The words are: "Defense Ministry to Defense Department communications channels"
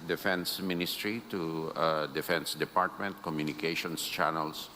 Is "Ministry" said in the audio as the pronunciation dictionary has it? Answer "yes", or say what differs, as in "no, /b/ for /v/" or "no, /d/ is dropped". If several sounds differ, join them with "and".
yes